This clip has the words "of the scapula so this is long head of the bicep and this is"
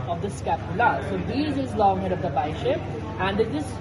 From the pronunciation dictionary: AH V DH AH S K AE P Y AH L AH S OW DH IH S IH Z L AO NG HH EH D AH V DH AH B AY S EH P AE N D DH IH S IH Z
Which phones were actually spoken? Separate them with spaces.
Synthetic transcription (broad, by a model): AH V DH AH S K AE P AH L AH S OW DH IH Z IH Z L AO NG HH EH D AH V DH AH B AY SH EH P AE N D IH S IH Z